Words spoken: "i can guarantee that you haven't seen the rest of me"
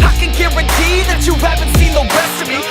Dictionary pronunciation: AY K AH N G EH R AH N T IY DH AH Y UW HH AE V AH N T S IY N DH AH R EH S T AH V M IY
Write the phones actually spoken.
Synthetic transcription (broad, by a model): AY K AH N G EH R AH T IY DH AH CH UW HH AE V AH N T S IY N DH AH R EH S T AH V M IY